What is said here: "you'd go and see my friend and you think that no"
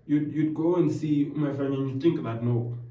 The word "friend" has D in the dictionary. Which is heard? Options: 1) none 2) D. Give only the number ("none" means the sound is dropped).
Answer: 1